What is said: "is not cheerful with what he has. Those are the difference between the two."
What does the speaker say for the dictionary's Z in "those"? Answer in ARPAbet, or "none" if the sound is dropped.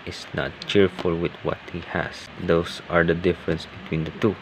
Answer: S